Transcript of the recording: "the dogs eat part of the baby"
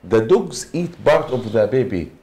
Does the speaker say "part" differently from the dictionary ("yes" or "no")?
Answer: yes